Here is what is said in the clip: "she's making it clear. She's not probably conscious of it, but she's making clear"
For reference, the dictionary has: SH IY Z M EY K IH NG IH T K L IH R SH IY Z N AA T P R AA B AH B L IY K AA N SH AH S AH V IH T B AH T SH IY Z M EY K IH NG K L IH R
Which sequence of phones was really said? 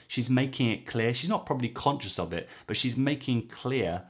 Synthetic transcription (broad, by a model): SH IY Z M EY K IH NG IH T K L IH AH SH IY Z N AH T P R AA B AH B L IY K AA N SH AH S AH V IH T B AH T SH IY Z M EY K IH NG K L IH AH